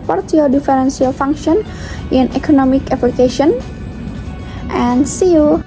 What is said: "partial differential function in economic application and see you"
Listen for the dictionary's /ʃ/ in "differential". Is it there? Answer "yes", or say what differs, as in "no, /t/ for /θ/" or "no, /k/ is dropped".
no, /s/ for /ʃ/